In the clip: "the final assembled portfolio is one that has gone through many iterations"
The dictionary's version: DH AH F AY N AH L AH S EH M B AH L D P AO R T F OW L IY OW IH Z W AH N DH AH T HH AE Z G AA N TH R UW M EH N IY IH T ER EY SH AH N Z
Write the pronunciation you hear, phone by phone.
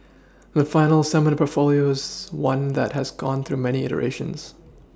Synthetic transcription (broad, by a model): DH AH F AY N L S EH M AH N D P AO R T F OW L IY OW IH Z W AH N DH AH T HH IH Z G AA N TH R UW M EH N IY IH T ER EY SH AH N Z